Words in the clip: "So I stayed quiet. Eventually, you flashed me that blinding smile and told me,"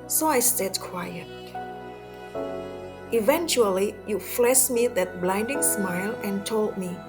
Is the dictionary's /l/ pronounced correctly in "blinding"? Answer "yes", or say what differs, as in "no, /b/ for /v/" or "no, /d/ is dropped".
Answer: yes